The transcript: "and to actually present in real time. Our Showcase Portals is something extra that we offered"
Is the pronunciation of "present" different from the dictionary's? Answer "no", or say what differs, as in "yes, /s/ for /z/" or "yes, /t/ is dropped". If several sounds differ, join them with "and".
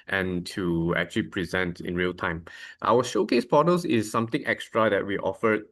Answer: no